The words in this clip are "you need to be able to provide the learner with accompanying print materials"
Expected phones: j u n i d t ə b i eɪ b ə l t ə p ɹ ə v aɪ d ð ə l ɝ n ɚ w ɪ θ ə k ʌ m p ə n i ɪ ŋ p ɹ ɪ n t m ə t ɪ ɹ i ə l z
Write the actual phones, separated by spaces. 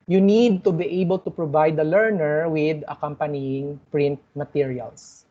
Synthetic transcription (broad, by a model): j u n i d t ə b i eɪ b ə l t ə p ɹ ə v aɪ d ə l ɝ n ɚ w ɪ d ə k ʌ m p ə n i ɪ ŋ p ɹ ɪ n t m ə t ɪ ɹ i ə l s